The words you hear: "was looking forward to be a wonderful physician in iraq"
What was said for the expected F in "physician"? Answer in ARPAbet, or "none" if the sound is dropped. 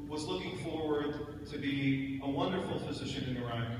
F